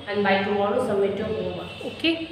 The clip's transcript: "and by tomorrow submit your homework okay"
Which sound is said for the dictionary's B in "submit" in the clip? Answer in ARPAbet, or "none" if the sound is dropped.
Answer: none